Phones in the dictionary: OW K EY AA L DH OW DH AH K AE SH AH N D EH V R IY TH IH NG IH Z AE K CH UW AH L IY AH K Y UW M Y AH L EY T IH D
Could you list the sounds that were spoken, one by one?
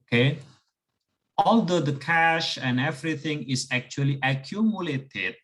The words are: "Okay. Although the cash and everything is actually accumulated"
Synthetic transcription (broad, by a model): K EY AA L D OW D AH K AE SH AH N D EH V R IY T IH NG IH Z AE K CH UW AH L IY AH K Y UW M Y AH L EY T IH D